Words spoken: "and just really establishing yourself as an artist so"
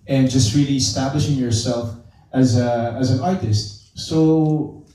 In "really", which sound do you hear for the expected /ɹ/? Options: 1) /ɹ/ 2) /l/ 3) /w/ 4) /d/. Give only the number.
1